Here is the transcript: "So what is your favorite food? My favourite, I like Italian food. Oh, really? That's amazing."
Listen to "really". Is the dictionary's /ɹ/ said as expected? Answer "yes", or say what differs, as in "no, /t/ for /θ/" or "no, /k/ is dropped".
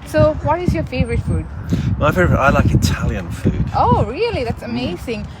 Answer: yes